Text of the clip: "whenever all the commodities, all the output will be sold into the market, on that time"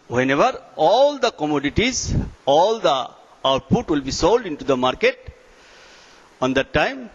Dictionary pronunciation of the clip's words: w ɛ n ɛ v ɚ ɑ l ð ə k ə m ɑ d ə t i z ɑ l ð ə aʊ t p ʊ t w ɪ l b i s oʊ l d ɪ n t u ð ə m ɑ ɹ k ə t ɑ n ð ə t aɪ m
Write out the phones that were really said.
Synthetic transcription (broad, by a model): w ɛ n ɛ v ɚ ɑ l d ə k ə m ɑ d ə t i z ɑ l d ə aʊ t p ʊ t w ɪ l b i s oʊ l d ɪ n t u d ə m ɑ ɹ k ə t ɑ n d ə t aɪ m